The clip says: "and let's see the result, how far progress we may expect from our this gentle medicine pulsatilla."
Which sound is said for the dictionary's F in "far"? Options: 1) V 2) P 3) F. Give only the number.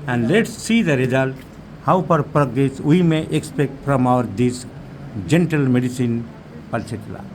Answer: 2